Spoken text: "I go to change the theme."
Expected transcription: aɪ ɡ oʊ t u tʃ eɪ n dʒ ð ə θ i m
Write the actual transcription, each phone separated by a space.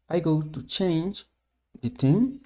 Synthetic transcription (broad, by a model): aɪ ɡ oʊ t u tʃ eɪ n dʒ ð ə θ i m